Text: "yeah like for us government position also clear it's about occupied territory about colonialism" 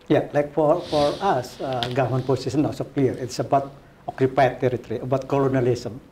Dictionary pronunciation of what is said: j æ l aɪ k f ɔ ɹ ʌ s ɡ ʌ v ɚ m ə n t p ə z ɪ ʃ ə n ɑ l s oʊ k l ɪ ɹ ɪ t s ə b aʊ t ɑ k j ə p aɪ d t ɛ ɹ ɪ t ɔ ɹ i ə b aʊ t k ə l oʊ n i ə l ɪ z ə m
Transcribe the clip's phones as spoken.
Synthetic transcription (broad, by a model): j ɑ l aɪ k f ɔ ɹ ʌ s ɡ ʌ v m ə n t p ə s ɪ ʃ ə n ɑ s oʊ k l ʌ ɹ ɪ t s ə b aʊ t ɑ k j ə p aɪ t ɛ ɹ ɪ t ɔ ɹ i ə b aʊ t k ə l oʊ n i l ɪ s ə m